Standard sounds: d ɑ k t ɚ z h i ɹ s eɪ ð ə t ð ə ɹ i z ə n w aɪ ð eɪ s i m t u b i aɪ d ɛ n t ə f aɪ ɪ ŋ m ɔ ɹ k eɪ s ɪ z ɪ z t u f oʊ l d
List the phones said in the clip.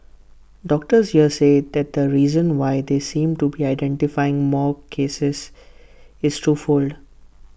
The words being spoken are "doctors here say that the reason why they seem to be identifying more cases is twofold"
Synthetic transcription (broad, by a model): d ɑ k t ɚ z h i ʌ s eɪ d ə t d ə ɹ i z ə n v aɪ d eɪ s i m t u b i aɪ d ɛ n t ə f aɪ ɪ ŋ m ɔ ɹ k eɪ s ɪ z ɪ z t u f oʊ l d